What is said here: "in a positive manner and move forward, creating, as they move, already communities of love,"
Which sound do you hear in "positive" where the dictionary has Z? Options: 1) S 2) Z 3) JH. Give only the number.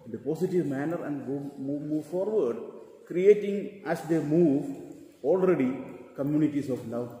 1